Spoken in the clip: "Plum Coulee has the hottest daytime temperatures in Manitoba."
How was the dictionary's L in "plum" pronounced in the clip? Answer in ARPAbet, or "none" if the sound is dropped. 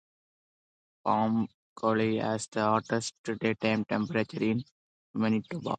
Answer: none